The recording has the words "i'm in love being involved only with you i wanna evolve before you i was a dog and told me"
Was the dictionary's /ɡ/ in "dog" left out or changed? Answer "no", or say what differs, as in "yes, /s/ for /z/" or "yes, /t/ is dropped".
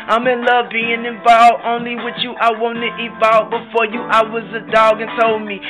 no